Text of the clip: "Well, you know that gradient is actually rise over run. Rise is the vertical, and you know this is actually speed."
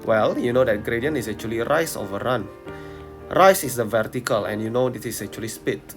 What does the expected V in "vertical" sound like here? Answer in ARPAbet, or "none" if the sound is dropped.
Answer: V